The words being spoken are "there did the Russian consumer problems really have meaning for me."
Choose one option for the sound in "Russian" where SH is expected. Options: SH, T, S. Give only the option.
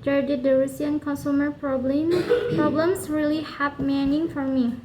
S